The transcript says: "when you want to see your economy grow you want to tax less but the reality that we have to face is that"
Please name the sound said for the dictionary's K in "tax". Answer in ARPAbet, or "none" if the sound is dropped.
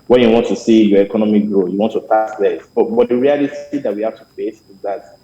none